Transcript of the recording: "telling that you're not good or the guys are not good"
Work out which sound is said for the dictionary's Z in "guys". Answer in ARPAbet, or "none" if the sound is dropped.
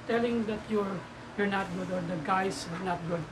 S